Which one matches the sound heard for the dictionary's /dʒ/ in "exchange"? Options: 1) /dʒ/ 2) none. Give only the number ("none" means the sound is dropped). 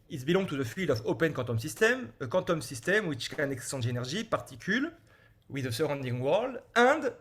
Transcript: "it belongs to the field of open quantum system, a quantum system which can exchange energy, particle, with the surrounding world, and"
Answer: 2